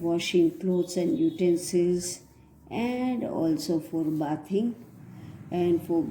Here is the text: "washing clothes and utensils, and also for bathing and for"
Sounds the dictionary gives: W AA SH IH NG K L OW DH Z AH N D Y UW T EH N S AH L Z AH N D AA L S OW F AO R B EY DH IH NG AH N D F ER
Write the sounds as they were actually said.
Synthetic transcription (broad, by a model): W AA SH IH NG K L OW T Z AH N D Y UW T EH N S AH Z AH N D AA L S OW F AO R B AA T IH NG AH N D F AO